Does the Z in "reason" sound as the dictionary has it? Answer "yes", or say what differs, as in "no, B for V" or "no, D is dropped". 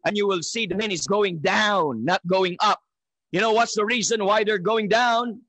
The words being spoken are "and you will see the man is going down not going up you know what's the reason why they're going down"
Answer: yes